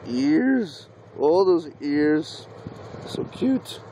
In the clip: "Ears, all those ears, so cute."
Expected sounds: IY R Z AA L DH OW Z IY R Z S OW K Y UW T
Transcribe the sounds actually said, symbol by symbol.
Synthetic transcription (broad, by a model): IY R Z AA L DH OW Z IY R Z S OW K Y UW T